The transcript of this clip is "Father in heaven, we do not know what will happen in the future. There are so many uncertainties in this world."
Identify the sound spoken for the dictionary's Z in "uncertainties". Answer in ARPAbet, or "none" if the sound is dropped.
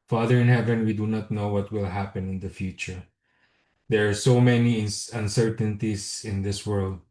S